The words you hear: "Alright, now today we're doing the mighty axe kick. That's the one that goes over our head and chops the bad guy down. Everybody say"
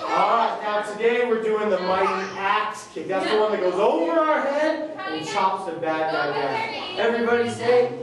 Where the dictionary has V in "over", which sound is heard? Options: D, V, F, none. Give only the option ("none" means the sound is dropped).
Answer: V